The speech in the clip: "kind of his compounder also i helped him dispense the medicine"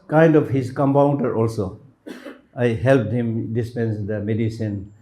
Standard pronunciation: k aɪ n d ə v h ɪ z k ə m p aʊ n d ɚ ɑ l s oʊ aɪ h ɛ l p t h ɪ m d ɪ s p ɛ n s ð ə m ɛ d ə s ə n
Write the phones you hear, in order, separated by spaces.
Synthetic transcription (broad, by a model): k aɪ n d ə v h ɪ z k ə m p aʊ n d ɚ ɑ l s oʊ aɪ h ɛ l p t h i m d ɪ s p ɛ n s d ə m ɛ d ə s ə n